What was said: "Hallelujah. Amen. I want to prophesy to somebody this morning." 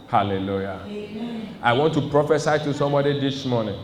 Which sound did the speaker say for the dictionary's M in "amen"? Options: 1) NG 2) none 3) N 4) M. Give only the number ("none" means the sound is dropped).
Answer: 2